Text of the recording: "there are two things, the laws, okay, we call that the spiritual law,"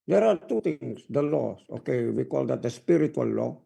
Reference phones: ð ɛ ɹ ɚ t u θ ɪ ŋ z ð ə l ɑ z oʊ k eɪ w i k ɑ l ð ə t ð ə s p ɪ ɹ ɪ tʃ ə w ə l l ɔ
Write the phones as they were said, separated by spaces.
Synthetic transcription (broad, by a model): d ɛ ɹ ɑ t u t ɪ ŋ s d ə l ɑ s oʊ k eɪ w i k ɑ l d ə t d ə s p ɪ ɹ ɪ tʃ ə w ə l l ɔ